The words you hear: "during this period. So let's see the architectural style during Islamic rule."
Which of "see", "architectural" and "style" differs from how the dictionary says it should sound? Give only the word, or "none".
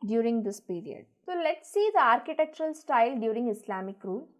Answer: none